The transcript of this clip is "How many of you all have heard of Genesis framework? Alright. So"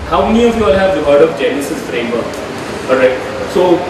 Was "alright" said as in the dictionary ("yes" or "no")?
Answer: no